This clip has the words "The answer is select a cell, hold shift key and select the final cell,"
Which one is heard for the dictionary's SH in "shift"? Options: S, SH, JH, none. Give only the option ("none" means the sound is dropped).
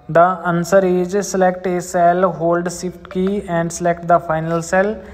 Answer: S